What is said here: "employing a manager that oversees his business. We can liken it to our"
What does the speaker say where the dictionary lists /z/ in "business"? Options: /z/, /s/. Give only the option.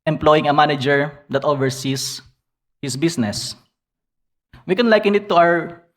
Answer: /s/